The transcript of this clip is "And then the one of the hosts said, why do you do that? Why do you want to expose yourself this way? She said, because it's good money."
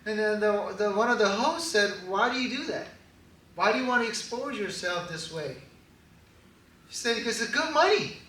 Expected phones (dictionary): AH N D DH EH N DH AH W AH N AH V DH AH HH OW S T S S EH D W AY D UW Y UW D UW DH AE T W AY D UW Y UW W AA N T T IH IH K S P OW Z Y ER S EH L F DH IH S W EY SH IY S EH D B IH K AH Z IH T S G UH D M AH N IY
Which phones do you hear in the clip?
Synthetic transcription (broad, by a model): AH N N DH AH DH AH W AH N AH V DH AH HH OW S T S S EH D W AY D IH Y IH D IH DH AE T W AY D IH Y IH W AA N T T IH IH K S P OW Z Y ER S EH L F DH IH S W EY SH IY S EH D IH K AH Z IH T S G UH D M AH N IY